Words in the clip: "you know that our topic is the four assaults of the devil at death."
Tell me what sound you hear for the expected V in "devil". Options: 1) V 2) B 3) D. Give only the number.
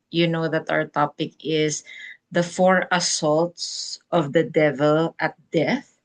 1